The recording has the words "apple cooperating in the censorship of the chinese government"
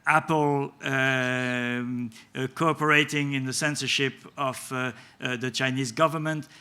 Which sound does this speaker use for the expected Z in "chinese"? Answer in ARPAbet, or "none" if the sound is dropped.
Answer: Z